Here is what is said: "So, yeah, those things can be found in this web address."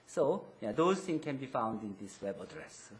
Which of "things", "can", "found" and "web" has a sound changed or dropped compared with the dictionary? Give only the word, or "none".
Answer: things